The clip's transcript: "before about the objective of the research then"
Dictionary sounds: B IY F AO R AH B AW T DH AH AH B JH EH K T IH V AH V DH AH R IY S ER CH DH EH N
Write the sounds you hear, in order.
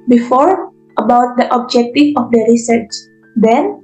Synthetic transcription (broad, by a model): B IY F AO R AH B AW T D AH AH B JH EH K T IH F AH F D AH R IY S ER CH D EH N